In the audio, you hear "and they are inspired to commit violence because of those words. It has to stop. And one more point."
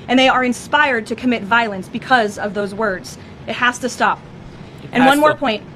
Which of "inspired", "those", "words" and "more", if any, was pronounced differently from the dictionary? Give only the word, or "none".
none